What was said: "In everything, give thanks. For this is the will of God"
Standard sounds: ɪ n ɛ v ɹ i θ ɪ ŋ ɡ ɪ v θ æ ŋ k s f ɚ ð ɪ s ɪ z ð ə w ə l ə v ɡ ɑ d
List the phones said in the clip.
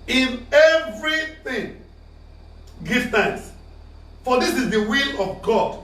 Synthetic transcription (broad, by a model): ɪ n ɛ v ɹ i θ ɪ ŋ ɡ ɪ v t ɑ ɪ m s f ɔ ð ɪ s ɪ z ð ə w ə l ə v ɡ ɑ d